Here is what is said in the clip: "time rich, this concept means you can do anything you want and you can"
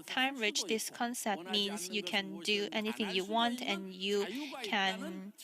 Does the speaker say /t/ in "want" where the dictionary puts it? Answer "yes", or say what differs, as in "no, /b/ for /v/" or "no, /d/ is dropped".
yes